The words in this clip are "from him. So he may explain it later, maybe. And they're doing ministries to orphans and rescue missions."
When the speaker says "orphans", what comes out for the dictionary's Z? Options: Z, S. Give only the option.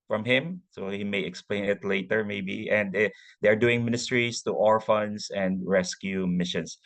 S